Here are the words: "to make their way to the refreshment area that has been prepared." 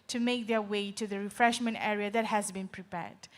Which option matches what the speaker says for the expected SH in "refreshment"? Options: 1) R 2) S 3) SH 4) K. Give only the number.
3